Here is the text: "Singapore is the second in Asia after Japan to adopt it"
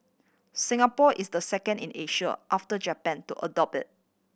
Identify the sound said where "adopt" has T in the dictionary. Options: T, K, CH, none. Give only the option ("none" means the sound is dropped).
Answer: none